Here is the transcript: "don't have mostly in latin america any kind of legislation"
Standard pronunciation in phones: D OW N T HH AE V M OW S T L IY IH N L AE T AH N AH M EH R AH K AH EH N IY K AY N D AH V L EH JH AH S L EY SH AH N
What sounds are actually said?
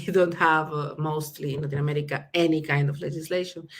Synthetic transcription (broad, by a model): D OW N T HH AE V M OW S T L IY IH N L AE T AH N AH M EH R AH K AH EH N IY K AY N D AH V L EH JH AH S L EY SH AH N